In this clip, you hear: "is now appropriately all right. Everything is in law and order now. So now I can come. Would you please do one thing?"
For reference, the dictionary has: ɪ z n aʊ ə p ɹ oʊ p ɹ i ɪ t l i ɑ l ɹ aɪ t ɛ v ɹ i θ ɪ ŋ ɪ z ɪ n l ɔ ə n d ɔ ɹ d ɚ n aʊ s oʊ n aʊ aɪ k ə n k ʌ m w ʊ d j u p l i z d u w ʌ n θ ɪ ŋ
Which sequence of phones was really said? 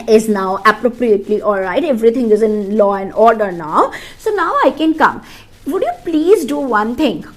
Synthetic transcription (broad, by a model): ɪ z n aʊ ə p ɹ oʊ p ɹ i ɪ t l i ɑ l ɹ aɪ t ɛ v ɹ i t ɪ ŋ ɪ z ɪ n l ɔ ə n ɔ ɹ d ɚ n aʊ s oʊ n aʊ aɪ k ə n k ʌ m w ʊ d j u p l i z d u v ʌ n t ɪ ŋ